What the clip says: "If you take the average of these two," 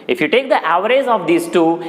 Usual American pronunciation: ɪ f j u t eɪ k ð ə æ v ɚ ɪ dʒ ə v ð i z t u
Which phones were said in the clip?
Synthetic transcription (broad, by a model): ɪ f j u t eɪ k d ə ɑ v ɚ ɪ z ə v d i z t u